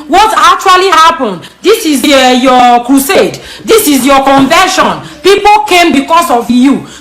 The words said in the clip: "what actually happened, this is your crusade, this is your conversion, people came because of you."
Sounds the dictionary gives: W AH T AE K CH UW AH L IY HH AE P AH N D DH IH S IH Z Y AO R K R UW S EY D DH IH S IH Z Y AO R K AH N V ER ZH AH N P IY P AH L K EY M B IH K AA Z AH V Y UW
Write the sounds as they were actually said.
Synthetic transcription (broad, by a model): W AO T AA K CH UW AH L IY HH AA P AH N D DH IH S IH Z Y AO K R UW S EY D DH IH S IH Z Y AO K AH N V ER SH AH N P IY P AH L K EY M B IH K AA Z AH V Y UW